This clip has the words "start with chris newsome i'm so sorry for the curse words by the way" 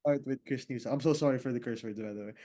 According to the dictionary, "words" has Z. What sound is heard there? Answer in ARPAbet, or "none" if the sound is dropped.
none